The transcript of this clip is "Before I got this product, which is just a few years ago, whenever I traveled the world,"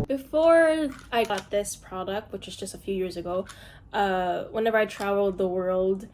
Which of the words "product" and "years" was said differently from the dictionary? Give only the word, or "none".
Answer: none